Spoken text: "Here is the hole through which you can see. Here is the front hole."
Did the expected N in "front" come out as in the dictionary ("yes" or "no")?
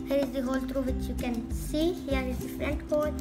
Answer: no